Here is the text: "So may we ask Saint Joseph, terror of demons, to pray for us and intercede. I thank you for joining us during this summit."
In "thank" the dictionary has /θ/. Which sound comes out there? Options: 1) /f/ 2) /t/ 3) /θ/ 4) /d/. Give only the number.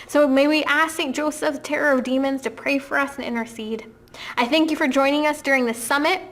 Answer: 3